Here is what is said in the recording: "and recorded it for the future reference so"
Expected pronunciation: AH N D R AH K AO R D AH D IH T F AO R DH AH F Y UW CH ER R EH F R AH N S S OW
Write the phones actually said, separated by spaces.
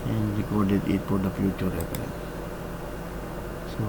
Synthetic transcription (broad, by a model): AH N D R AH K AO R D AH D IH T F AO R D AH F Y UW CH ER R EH P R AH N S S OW